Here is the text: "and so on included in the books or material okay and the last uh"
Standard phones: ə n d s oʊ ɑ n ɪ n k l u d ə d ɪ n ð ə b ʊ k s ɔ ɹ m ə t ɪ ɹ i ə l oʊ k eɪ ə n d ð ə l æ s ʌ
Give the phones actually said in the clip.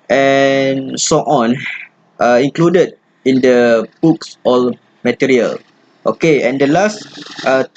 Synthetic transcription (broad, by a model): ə n s oʊ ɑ n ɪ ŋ k l u d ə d ɪ n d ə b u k s ɔ l m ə t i ɹ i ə l oʊ k eɪ ə n d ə l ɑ s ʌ